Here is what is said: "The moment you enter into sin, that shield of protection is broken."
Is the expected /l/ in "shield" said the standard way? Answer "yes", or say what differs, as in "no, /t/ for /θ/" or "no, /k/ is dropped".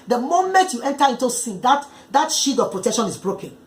no, /l/ is dropped